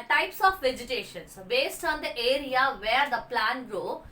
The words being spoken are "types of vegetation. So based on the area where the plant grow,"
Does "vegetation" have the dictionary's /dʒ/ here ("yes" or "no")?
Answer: yes